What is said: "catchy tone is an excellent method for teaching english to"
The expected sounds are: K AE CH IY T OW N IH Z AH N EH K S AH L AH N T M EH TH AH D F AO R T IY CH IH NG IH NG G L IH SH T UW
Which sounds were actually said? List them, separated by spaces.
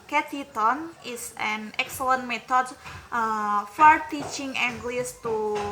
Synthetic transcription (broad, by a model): K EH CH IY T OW N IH S AH N EH K S AH L AH N T M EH T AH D F AO R T IY CH IH NG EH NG G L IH S T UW